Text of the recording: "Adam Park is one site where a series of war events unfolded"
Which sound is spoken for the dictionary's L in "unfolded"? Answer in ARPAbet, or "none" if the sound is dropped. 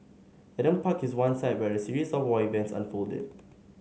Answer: L